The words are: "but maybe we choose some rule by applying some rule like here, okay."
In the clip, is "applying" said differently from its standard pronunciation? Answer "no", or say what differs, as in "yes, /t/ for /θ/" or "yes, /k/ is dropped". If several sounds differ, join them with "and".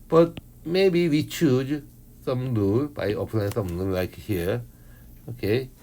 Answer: yes, /n/ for /l/